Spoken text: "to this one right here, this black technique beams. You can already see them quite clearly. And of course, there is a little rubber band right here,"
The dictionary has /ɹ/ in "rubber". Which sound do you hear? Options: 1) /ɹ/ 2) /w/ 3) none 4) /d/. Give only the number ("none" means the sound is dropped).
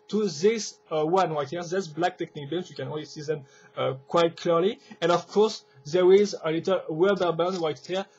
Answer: 2